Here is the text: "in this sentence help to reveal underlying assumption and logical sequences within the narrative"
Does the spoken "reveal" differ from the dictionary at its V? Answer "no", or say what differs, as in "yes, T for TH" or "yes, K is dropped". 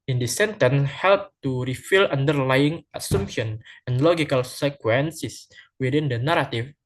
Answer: yes, F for V